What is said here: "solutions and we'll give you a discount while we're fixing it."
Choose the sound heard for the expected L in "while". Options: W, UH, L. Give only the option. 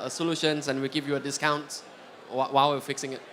W